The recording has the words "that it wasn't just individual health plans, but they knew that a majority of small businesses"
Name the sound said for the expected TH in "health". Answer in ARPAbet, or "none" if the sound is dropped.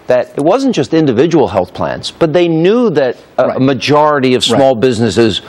TH